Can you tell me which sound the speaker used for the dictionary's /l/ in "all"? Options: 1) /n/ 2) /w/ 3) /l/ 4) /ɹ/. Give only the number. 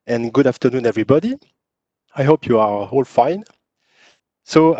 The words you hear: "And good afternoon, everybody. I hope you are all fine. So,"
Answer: 3